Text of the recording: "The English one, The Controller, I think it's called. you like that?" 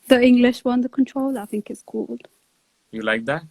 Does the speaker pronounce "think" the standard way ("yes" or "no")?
yes